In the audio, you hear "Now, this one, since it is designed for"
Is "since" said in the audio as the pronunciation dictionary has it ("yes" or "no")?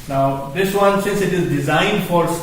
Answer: yes